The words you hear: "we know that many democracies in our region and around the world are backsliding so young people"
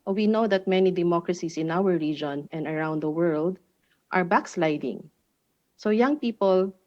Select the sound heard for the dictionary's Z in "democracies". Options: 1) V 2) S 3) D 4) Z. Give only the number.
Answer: 2